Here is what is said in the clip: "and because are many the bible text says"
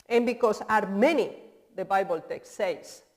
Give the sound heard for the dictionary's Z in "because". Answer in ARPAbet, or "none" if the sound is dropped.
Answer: S